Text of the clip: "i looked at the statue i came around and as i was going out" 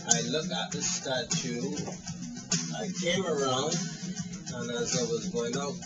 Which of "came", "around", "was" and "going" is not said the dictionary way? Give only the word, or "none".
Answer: none